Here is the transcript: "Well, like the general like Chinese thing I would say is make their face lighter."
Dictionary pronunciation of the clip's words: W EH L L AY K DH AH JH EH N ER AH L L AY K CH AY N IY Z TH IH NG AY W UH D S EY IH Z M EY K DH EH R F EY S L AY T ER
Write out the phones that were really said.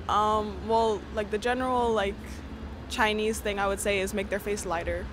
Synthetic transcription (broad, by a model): W EH L L AY K DH AH JH EH N ER L L AY K CH AY N IY Z TH IH NG AY W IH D S EY IH Z M EY K DH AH R F EY S L AY T ER